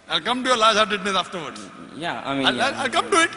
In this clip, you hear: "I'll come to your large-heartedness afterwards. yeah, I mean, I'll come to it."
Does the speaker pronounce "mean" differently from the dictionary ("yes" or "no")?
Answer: yes